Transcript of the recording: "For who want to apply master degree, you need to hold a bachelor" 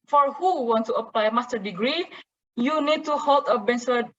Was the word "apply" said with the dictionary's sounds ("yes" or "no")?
yes